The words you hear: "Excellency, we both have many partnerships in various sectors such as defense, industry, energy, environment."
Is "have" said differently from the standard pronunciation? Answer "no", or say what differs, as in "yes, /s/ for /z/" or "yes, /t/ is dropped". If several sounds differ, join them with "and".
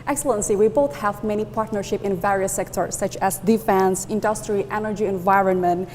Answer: no